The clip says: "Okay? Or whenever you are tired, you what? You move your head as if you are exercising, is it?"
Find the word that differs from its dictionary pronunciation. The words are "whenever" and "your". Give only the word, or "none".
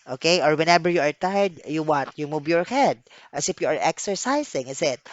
whenever